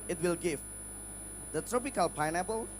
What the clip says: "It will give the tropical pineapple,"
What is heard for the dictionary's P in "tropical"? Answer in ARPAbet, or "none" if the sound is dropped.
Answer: P